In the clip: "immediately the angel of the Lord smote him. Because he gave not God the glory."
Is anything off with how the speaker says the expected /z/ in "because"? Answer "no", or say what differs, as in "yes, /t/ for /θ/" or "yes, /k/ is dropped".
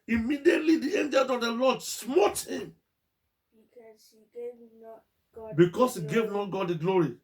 yes, /s/ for /z/